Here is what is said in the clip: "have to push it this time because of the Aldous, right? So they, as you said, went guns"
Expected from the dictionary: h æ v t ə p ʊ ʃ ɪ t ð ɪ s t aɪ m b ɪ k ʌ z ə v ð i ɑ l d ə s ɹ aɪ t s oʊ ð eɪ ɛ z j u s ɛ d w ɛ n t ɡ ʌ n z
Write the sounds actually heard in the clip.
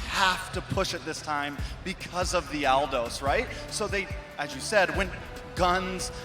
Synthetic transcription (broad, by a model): h æ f t ə p ʊ ʃ ɪ t ð ɪ s t aɪ m b ɪ k ʌ z ə v ð i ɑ l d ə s ɹ aɪ t s oʊ ð eɪ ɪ z j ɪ s ɛ d w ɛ n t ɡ ʌ n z